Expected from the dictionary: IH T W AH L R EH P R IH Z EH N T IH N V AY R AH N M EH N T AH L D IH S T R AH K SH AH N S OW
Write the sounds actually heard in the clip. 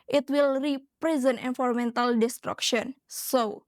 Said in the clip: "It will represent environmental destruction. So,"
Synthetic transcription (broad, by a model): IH T W AH L R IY P R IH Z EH N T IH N F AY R M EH N T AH L D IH S T R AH K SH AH N S OW